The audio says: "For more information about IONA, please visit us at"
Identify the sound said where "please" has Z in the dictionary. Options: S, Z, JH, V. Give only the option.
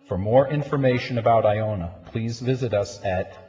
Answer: Z